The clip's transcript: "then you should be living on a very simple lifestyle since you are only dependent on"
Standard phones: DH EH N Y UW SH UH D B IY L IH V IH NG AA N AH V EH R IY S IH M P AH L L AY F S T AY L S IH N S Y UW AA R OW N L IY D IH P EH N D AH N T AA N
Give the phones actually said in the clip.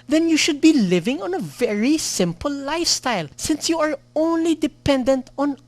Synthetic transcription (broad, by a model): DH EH N Y UW SH UH D B IY L IH V IH NG AA N AH V EH R IY S IH M P AH L L AY F S T AY L S IH N S Y UW AA R OW N L IY D IH P EH N D AH N T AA N